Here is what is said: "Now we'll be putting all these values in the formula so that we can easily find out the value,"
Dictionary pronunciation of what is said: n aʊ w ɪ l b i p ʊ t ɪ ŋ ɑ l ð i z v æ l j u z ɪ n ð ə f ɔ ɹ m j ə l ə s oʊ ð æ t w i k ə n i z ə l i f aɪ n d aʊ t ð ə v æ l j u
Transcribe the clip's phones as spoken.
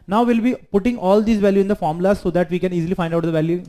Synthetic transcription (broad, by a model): n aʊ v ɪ l b i p ʊ t ɪ ŋ ɑ l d i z v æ l j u ɪ n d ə f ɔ ɹ m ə l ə s oʊ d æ t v i k ə n i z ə l i f aɪ n d aʊ t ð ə v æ l j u